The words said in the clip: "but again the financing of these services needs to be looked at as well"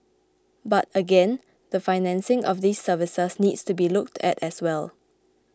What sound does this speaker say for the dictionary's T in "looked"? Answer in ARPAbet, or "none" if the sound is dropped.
T